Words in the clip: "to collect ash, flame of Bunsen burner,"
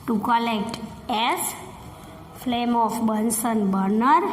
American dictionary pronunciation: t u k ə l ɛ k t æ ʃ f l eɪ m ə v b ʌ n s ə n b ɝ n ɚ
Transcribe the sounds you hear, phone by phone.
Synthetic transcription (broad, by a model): t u k ə l ɛ k t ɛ s f l eɪ m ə f b ʌ n s ə n b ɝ n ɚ